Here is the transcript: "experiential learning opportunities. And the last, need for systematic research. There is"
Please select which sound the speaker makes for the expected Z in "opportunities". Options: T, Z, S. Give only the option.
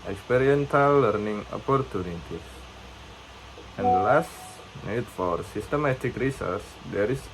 S